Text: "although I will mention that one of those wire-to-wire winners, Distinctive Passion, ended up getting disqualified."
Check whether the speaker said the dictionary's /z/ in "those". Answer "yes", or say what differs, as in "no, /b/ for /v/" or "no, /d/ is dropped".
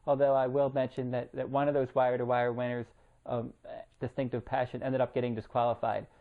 yes